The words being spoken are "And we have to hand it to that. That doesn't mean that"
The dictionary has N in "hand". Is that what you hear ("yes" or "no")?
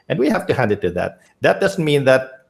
yes